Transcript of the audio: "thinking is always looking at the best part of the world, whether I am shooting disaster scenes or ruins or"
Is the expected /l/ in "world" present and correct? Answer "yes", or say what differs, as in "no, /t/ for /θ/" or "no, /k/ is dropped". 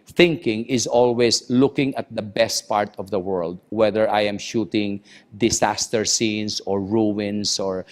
yes